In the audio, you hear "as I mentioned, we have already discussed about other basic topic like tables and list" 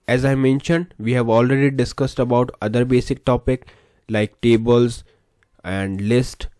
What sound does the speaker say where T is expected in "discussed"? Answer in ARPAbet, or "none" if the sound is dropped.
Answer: T